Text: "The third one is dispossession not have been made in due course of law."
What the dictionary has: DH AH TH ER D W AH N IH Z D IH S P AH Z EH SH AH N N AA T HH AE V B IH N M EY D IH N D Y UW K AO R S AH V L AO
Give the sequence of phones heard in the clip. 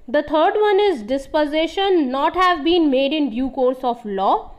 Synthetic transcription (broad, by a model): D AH T ER D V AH N IH Z D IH S P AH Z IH SH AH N N AA T HH AE V B IH N M EY D IH N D Y UW K AO R S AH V L AO